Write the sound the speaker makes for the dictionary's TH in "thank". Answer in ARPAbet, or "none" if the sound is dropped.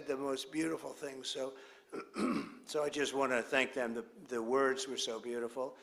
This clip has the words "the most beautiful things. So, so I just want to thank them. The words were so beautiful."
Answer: TH